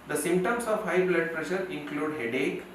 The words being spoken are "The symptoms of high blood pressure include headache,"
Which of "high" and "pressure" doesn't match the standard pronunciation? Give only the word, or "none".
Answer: none